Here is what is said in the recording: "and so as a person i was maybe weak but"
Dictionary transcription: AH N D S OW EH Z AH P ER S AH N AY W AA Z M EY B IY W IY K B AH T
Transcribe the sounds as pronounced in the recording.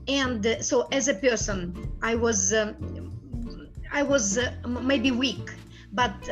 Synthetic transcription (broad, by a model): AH N D S OW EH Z AH P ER S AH N AY W AA Z M EY B IY W IY K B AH T